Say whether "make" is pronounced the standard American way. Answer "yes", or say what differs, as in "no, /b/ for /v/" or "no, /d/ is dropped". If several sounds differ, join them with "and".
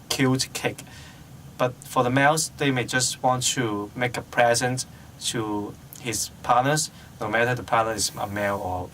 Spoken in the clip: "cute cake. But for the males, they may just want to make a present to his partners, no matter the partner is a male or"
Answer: yes